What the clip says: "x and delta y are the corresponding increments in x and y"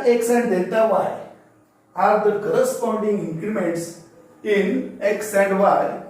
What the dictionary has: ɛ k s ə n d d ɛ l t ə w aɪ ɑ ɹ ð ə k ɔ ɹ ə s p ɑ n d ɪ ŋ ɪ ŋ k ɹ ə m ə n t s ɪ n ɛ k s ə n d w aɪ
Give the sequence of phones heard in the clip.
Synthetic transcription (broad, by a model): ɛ k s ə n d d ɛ n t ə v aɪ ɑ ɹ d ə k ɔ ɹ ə s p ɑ n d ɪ ŋ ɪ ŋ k ɹ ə m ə n t s ɪ n ɛ k s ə n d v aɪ